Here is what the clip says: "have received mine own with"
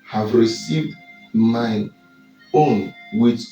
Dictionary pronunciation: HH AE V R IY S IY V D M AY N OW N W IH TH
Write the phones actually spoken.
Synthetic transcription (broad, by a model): HH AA V R IY S IY V D M AY OW N W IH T